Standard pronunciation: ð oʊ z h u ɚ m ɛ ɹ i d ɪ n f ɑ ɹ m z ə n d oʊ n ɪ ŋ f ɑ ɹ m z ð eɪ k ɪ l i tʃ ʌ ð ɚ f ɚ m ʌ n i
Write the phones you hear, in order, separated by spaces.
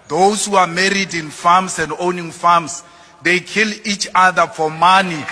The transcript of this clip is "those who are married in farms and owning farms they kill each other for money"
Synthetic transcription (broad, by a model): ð oʊ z h u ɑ m ɛ ɹ i d ɪ n f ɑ m s ə n d oʊ n ɪ ŋ f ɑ m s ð eɪ k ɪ l i tʃ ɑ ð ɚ f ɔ m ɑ n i